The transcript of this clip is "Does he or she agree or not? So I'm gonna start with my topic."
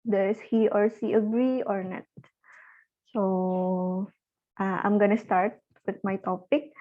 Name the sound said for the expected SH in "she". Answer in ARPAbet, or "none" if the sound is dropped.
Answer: S